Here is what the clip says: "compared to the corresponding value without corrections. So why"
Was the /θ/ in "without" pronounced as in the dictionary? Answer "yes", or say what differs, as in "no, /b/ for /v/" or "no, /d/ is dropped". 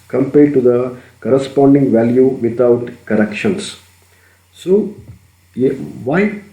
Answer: no, /t/ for /θ/